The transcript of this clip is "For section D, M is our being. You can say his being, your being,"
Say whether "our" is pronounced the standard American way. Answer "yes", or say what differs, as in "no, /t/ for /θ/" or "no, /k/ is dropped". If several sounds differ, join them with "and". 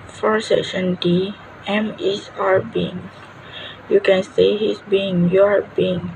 yes